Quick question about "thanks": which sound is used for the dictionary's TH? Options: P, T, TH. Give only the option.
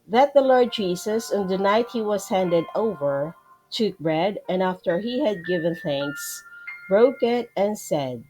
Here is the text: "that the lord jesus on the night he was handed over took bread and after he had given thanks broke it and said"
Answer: TH